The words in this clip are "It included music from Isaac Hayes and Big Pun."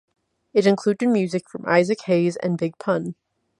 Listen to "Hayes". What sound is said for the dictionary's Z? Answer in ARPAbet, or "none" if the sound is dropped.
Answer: Z